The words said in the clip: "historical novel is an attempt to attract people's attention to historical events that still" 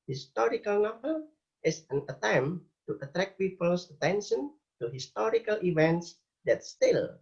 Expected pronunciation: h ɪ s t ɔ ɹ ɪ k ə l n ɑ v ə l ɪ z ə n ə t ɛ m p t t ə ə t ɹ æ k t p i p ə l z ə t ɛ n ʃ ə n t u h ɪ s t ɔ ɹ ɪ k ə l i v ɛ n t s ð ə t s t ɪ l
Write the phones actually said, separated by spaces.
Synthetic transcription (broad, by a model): h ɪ s t ɔ ɹ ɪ k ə l n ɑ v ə l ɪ s ə n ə t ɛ m t t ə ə t ɹ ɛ k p i p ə l s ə t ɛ n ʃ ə n t u h ɪ s t ɔ ɹ ɪ k ə l i v ɛ n t s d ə t s t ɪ l